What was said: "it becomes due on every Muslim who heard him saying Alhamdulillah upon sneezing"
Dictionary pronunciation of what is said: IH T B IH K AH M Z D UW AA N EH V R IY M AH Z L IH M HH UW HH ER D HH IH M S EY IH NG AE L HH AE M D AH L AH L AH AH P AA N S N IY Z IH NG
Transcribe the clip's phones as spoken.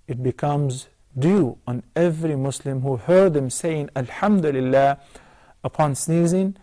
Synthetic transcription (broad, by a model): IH T B IH K AH M Z D UW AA N EH V R IY M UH S L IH M HH UW HH ER D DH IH M S EY IH NG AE L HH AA M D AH L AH L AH AH P AA N S N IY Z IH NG